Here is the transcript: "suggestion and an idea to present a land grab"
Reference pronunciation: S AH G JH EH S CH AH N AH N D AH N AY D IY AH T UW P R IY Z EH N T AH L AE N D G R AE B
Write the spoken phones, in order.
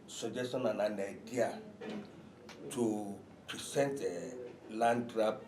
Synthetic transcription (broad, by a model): S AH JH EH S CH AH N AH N AH N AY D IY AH T UW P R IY S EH N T AH L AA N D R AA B